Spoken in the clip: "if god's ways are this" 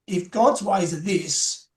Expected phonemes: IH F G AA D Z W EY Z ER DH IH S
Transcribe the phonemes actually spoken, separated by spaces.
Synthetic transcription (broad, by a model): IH F G AA D Z W EY Z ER DH IH S